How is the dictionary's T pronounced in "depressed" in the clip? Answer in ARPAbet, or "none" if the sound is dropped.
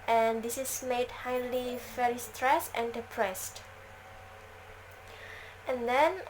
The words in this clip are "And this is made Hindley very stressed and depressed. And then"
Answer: T